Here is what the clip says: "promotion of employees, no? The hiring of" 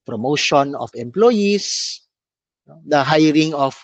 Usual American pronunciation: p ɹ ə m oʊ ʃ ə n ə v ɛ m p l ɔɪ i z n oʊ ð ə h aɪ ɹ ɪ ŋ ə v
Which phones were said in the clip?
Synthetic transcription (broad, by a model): p ɹ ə m oʊ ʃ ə n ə f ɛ m p l ɔɪ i s n oʊ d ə h aɪ ɹ ɪ ŋ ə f